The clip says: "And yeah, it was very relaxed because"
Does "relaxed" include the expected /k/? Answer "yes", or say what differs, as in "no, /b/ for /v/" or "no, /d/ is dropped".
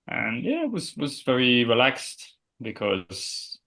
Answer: yes